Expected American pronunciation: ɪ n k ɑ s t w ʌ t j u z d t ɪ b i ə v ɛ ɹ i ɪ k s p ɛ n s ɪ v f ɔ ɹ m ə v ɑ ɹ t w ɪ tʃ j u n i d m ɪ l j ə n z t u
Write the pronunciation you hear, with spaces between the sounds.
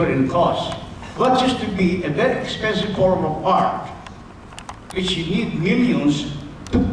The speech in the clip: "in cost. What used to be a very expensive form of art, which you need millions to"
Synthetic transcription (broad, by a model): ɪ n k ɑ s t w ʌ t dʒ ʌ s t ɪ b i ə b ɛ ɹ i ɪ k s p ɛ n s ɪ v f ɔ ɹ m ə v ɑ ɹ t w ɪ tʃ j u n i d m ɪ l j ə n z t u